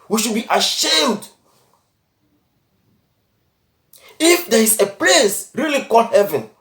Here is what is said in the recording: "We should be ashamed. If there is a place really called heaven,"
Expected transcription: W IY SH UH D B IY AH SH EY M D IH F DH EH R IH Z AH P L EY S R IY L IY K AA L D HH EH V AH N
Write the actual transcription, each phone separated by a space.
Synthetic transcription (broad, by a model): W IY SH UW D B IY AH SH EY M D IH F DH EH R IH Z AH P L EY S R IY L IY K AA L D HH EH V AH N